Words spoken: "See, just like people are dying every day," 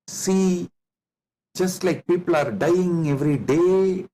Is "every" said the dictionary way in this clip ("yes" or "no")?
yes